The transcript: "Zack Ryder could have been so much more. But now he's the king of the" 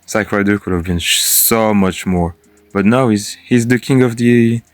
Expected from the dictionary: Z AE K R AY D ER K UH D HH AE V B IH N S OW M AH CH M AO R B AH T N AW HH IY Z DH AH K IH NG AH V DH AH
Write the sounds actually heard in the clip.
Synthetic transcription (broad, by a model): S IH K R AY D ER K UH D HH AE V B IH N S OW M AH CH M AO R B AH T N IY HH IY Z DH AH K IH NG AH V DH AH